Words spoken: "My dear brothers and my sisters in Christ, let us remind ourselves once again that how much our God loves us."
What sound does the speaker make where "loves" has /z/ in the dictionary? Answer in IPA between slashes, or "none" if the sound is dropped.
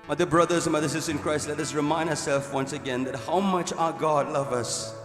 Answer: none